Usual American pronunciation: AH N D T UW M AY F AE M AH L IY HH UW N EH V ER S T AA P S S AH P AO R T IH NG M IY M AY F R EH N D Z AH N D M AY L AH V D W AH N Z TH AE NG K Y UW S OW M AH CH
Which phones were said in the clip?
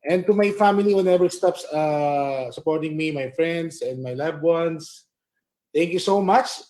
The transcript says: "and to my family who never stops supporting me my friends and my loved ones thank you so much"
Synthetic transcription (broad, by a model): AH N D T UW M AY F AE M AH L IY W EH N EH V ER S T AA P S S AH P AO R T IH NG M IY M AY F R EH N D S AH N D M AY L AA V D W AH N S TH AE NG K Y UW S OW M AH CH